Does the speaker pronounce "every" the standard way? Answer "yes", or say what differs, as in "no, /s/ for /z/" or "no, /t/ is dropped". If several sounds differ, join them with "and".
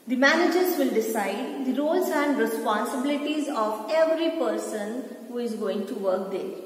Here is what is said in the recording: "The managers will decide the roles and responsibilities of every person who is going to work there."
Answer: yes